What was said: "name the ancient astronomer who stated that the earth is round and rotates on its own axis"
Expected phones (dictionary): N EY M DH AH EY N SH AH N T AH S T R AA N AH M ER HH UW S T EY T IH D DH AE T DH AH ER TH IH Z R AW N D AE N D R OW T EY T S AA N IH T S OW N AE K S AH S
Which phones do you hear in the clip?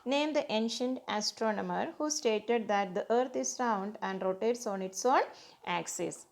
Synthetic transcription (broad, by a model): N EY M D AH EY N SH AH N T AH S T R AA N AH M ER HH UW S T EY T IH D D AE T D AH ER T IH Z R AW N D AE N D R OW T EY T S AA N IH T S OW N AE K S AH S